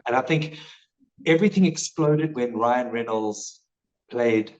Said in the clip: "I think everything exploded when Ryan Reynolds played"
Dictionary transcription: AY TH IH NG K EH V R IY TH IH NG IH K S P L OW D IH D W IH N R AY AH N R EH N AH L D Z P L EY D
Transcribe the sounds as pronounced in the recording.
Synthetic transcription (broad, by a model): AY TH IH NG K EH V R IY TH IH NG IH K S P L OW D IH D W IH N R AY AH N R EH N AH L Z P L EY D